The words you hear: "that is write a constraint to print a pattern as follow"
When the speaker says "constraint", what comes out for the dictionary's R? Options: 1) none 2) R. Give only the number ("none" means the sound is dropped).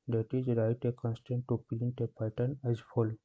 1